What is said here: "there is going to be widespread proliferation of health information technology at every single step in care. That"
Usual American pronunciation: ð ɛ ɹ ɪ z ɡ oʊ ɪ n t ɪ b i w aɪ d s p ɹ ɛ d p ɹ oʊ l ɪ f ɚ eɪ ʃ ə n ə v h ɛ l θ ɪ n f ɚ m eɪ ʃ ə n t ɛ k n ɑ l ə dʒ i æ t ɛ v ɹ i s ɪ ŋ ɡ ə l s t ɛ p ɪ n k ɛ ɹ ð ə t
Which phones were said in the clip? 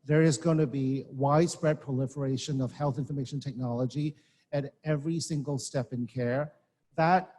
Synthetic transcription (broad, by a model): ð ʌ ɹ ɪ z ɡ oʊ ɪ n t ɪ b i w aɪ d s p ɹ ɛ d p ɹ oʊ l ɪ f ɚ eɪ ʃ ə n ə v h ɛ l θ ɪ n f ɚ m eɪ ʃ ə n t ɛ k n ɑ l ə dʒ i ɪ t ɛ v ɹ i s ɪ ŋ ɡ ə l s t ɛ p ɪ n k ɛ ɹ ð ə t